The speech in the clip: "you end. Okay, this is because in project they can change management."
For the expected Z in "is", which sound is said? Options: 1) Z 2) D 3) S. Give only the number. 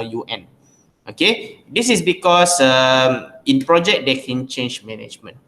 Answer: 3